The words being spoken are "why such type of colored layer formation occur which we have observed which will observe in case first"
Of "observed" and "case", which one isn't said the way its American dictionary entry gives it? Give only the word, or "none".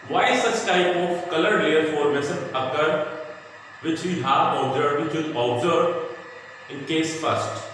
observed